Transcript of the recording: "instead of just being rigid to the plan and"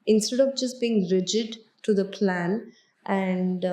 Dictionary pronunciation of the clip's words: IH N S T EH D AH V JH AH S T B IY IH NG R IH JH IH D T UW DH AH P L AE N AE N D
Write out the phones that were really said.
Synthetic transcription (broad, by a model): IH N S T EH D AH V JH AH S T B IY IH NG R IH JH IH D T UW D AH P L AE N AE N D